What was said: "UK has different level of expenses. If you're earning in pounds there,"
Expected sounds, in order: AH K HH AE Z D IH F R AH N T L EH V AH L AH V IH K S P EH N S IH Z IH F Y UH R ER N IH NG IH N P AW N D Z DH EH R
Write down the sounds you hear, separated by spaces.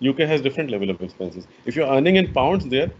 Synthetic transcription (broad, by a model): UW K HH AE Z D IH F R AH N T L EH V AH L AH V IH K S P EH N S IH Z IH F Y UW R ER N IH NG IH N P AW N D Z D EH R